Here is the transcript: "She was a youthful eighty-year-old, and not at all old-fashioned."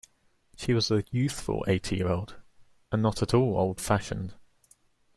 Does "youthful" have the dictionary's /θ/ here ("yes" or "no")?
yes